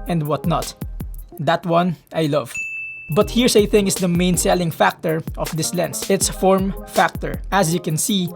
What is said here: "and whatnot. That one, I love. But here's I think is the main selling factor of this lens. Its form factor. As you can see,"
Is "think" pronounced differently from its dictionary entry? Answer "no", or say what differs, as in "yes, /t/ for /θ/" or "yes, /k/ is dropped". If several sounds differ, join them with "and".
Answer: yes, /k/ is dropped